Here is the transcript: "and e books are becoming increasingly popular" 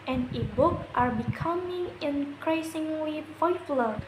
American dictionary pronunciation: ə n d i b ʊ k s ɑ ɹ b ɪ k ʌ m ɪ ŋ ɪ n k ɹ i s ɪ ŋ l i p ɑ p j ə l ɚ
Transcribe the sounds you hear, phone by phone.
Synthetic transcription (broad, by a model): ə n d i b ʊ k ɑ ɹ b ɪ k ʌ m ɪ ŋ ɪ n k ɹ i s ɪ ŋ l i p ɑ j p l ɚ